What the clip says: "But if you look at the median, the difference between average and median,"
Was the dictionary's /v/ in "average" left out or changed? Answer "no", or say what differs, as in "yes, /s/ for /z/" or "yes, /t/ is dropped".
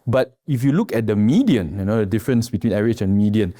yes, /v/ is dropped